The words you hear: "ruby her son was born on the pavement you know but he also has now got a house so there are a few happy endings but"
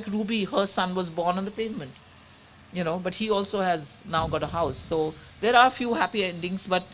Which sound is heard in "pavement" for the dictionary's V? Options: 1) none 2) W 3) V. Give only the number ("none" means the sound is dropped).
3